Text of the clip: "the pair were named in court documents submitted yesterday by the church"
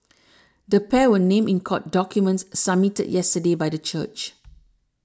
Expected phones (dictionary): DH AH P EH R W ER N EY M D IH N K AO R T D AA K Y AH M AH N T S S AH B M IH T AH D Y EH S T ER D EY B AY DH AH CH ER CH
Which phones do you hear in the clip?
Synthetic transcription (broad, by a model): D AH P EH W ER N EY M IH N K AO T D AA K Y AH M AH N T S S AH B M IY T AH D Y EH S T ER D EY B AY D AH CH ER CH